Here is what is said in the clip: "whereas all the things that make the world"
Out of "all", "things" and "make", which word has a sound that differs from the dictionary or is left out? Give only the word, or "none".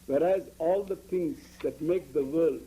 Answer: things